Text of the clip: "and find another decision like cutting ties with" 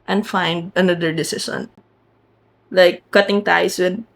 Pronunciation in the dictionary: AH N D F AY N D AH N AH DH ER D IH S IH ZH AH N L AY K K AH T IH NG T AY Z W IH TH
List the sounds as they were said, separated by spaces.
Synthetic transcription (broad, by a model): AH N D F AY N D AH N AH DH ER D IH S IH S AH N L AY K K AH T IH NG T AY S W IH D